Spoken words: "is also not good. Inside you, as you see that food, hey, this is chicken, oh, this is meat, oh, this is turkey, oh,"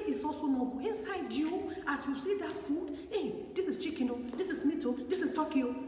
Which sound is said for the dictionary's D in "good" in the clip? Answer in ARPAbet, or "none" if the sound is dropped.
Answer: none